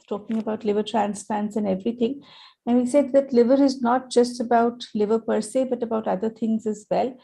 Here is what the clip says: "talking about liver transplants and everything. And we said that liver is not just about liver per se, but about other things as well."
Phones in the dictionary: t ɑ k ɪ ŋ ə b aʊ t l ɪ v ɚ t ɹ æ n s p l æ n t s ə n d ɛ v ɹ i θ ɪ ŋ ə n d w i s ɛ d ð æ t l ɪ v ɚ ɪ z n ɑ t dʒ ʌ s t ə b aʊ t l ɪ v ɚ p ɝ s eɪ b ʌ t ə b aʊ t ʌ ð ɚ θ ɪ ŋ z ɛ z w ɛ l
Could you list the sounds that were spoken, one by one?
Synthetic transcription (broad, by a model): t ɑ k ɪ ŋ ə b aʊ t l ɪ v ɚ t ɹ æ n s p l æ n t s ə n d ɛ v ɹ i t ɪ ŋ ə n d i s ɛ d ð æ t l ɪ v ɚ ɪ z n ɑ t dʒ ʌ s t ə b aʊ t l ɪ v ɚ p ɝ s eɪ b ʌ t ə b aʊ t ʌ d ɚ t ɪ ŋ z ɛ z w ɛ l